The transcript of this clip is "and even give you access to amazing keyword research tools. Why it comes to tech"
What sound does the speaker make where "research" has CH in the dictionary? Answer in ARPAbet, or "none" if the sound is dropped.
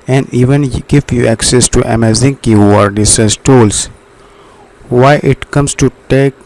S